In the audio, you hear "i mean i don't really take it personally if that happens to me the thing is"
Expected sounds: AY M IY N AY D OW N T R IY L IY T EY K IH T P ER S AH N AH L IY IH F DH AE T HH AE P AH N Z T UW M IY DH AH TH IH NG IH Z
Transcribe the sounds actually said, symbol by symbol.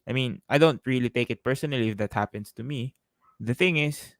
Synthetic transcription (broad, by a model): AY M IY N AY D OW N T R IY L IY T EY K IH T P ER S AH N AH L IY IH F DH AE T HH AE P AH N S T UW M IY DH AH TH IH NG IH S